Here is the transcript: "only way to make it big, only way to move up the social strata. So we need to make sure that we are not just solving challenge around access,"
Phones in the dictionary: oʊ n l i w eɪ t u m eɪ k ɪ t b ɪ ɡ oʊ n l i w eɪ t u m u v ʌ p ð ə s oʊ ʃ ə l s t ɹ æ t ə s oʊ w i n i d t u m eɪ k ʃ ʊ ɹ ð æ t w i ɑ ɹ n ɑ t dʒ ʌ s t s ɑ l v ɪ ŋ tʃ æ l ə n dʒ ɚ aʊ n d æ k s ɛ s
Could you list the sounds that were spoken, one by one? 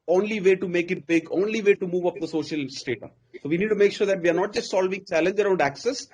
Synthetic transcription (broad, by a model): oʊ n l i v eɪ t u m eɪ k ɪ t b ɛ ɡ oʊ n l i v eɪ t u m u v ʌ p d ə s oʊ ʃ ə l s t ɛ t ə s oʊ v i n i d t u m eɪ k ʃ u ɹ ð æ t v i ɑ ɹ n ɑ t dʒ ʌ s t s ɑ l v ɪ ŋ tʃ æ l ə n dʒ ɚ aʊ n d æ k s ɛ s